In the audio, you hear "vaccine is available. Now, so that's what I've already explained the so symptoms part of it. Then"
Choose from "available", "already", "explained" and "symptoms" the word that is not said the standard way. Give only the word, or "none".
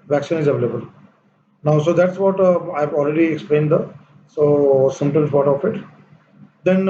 symptoms